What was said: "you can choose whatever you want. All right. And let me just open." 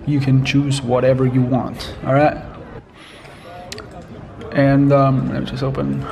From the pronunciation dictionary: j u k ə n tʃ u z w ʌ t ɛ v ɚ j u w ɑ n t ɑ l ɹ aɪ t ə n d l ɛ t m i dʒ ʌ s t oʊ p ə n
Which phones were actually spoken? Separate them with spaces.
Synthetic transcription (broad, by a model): j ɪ k ə n tʃ u z w ʌ t ɛ v ɚ j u w ɑ n t ɑ l ɹ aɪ t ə n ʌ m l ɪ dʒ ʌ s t oʊ p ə n